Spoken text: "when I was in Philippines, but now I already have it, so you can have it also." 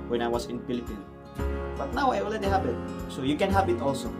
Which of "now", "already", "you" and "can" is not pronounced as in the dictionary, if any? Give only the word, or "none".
already